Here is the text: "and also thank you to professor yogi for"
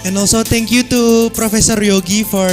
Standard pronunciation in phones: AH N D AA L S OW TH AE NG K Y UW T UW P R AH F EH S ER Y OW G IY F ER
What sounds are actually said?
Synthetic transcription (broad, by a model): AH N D AA L S OW T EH NG K Y UW T UW P R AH F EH S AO Y OW G IY F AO